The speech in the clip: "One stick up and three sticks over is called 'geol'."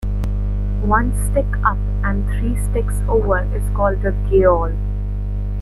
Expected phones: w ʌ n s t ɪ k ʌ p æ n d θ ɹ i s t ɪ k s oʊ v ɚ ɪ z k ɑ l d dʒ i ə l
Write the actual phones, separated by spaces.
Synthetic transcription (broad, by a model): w ʌ n s t ɪ k ʌ p æ n d t ɹ i s t ɪ k s oʊ v ɚ ɪ z k ɑ l d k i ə l